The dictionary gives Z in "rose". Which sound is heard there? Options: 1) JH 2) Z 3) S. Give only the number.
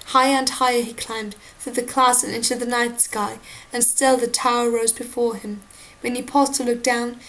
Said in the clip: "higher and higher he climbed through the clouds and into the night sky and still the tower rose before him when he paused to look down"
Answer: 2